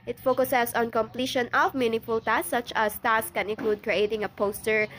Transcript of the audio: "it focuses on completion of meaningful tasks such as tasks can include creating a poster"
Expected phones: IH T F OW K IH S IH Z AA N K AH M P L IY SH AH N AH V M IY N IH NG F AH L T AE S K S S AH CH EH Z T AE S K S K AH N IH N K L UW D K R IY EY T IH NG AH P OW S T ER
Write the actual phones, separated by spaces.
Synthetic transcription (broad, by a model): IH T F OW K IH S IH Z AA N K AH M P L IY SH AH N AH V M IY N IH F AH L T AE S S S AH CH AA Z T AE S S K AH N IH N K L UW D K R IY EY T IH NG AH P OW S T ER